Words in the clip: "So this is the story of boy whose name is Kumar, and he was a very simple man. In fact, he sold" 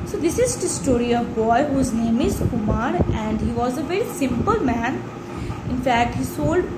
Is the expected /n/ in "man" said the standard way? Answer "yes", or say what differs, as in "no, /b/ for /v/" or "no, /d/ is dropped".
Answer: yes